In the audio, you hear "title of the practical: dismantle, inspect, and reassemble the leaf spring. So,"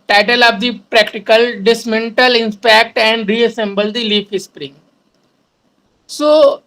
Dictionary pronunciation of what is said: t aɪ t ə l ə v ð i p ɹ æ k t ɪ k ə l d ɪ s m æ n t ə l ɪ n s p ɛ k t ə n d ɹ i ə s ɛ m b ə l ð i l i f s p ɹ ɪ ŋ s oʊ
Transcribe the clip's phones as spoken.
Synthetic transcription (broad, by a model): t aɪ t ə l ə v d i p ɹ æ k t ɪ k ə l d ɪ s m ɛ n t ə l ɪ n p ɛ k t ə n d ɹ i ə s ɛ m b ə l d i l i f s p ɹ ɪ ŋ s oʊ